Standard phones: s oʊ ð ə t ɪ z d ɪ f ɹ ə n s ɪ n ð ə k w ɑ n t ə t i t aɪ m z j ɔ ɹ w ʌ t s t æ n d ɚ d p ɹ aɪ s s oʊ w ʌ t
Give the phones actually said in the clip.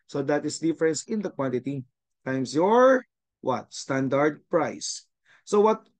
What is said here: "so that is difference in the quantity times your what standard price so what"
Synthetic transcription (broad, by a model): s oʊ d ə t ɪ s d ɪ f ɹ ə n s ɪ n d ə k w ɑ n t ə t i t aɪ m s j ɔ ɹ w ʌ t s t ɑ n d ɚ d p ɹ aɪ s s oʊ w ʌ t